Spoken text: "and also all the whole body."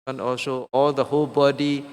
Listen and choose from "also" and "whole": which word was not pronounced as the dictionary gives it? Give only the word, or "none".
none